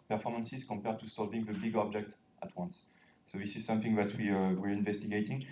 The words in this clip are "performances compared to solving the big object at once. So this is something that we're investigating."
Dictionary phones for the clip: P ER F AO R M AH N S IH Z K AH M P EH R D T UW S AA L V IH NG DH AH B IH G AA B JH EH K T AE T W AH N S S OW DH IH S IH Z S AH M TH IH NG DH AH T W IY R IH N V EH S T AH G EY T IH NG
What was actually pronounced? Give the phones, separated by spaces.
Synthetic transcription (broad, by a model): P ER F AO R M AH N S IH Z K AH M P EH R D T UW S AA L V IH NG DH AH B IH G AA B JH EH K T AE T W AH N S S OW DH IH S IH Z S AH M TH IH NG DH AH T W IY R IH N V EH S T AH G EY T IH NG